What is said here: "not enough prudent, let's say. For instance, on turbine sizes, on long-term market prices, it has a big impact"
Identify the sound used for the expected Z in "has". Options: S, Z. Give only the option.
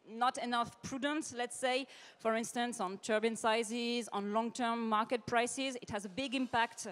Z